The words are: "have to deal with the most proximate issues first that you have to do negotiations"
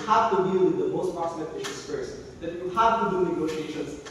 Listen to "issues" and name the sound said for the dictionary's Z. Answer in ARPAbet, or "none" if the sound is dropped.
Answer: S